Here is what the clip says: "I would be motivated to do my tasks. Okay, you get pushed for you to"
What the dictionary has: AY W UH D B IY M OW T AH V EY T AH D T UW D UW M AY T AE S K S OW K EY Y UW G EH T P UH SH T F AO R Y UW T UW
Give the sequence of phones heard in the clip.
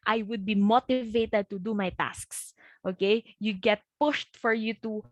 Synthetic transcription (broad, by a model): AY W UH D B IY M OW T AH V EY T AH D T UW D UW M AY T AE S K S OW K EY Y UW G EH T P UH SH T F AO R Y UW T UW